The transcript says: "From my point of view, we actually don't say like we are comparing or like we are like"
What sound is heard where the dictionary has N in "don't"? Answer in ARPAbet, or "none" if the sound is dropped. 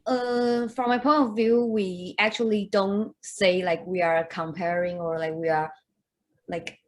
N